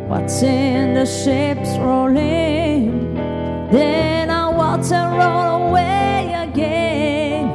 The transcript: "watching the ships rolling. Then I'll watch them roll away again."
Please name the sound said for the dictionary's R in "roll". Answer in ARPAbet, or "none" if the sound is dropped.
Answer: R